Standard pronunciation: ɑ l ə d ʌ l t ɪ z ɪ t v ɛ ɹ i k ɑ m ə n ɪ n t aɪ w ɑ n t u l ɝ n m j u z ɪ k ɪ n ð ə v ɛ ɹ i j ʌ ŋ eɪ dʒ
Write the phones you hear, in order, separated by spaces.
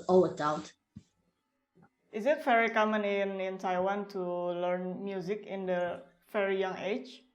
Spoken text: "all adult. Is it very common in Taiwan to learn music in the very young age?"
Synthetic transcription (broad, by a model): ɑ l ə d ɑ w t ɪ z ɪ t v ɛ ɹ i k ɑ m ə n ɪ n t aɪ w ɑ n t u l ɝ n m j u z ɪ k ɪ n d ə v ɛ ɹ i j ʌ ŋ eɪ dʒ